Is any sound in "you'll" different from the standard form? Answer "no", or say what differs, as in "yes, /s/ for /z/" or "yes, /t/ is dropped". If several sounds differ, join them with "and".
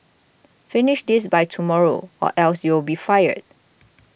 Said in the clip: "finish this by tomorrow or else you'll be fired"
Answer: yes, /w/ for /l/